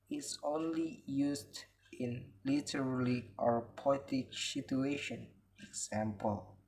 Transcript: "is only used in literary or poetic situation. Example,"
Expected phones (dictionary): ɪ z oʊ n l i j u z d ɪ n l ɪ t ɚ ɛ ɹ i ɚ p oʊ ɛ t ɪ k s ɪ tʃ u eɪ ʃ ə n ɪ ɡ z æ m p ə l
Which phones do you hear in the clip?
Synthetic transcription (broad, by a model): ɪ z oʊ n l i j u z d ɪ n l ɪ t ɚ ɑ l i ɚ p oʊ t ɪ k s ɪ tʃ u eɪ ʃ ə n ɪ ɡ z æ m p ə l